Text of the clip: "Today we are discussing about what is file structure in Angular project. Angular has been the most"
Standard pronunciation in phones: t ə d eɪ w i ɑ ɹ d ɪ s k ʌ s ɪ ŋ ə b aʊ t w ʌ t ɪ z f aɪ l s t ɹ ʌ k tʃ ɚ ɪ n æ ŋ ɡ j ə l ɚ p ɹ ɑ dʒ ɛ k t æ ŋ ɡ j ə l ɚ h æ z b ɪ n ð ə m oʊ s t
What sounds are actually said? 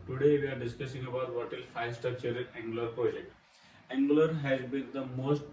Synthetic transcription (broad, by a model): t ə d eɪ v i ɑ ɹ d ɪ s k ʌ s ɪ ŋ ə b aʊ t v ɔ t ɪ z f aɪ s t ʌ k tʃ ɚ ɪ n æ ŋ ɡ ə l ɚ p ɹ ɑ dʒ ɛ k t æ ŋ ɡ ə l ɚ h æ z b ɪ n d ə m oʊ s t